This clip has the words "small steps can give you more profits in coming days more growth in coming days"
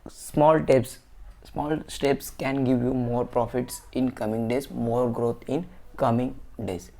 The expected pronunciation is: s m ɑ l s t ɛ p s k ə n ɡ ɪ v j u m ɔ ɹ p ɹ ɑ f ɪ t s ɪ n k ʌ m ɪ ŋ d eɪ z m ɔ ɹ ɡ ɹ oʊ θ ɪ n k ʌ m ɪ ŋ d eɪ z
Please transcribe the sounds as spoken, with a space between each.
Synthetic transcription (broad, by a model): s m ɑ l s t ɛ p s k ə n ɡ ɪ v j u m ɔ ɹ p ɹ ɑ f ɪ t s ɪ n k ʌ m ɪ ŋ d eɪ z m ɔ ɹ ɡ ɹ oʊ t ɪ n k ʌ m ɪ ŋ d eɪ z